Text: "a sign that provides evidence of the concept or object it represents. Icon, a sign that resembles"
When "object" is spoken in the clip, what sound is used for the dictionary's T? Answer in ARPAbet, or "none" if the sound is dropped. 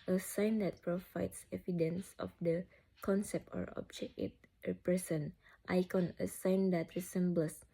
none